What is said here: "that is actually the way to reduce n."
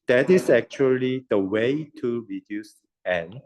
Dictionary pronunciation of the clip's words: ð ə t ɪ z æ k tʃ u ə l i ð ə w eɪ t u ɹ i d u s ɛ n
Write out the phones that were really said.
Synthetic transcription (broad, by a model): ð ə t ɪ s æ k tʃ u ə l i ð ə w eɪ t u ɹ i d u s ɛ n